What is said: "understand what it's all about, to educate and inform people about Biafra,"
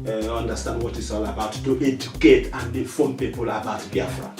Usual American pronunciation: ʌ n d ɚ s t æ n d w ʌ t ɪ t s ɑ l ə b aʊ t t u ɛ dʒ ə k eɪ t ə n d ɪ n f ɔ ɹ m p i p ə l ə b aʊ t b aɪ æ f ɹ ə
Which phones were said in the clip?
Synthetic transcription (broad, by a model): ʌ n d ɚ s t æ n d w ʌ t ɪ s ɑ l ə b aʊ t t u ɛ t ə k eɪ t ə n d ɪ f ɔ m p i p ə l ə b aʊ t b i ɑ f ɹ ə